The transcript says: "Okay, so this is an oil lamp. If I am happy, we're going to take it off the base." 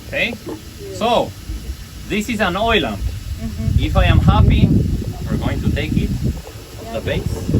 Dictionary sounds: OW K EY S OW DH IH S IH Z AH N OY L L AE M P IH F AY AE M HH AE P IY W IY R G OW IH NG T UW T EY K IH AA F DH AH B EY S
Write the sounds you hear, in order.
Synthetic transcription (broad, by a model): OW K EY S OW DH IH S IH Z AH N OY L L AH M IH F AY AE M HH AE P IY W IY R G OW IH NG T UW T EY K IH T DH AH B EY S